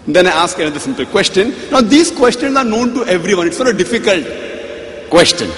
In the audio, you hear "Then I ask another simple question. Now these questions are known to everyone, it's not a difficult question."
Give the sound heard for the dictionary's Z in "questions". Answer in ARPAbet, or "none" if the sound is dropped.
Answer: S